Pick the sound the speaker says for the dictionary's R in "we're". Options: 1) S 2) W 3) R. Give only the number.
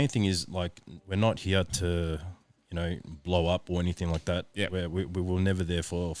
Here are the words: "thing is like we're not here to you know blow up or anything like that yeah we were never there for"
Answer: 3